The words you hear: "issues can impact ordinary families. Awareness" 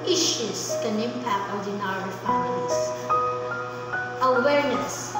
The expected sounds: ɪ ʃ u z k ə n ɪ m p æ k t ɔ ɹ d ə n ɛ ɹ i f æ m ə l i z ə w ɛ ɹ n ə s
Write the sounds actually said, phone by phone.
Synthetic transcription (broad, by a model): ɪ ʃ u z k ə n ɪ m p æ k t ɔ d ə n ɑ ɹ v p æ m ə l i s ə w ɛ ɹ n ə s